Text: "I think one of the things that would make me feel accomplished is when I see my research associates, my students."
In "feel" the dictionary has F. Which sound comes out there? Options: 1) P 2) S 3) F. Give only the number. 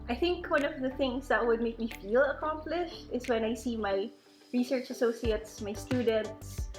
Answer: 3